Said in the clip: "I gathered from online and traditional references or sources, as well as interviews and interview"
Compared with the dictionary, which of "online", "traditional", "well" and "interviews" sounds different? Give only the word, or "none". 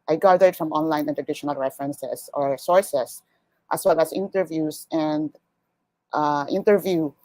interviews